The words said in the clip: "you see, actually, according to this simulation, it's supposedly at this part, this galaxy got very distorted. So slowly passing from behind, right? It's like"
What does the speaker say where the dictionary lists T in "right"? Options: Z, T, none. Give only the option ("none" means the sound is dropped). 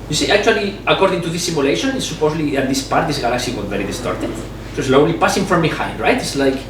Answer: T